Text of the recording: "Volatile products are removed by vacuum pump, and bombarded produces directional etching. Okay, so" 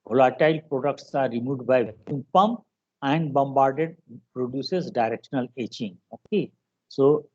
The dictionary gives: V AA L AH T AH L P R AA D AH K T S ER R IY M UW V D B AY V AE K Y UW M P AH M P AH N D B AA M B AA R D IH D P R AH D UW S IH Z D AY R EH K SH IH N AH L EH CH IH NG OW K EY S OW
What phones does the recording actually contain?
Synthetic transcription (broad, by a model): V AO L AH T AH L P R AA D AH K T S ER R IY M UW D B AY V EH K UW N P AH M P AH N D B AA M B AA R D IH D P R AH D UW S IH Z D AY R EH K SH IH N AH L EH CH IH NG OW K EY S OW